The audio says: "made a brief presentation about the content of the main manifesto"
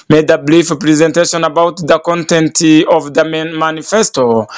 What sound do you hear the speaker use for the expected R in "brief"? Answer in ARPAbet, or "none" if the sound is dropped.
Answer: L